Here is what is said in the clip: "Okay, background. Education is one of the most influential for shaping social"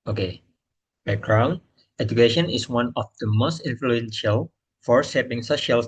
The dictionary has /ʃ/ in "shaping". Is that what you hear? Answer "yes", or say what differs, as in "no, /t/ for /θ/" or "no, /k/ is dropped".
no, /s/ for /ʃ/